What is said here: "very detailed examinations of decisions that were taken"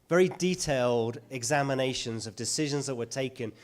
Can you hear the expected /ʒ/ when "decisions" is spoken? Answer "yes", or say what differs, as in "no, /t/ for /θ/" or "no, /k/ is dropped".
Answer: yes